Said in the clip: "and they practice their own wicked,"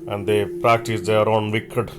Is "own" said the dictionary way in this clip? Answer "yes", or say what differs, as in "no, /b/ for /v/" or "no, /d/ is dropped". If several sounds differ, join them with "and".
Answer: yes